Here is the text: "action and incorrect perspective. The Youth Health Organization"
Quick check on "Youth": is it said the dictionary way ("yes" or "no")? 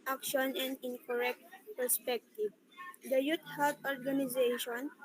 no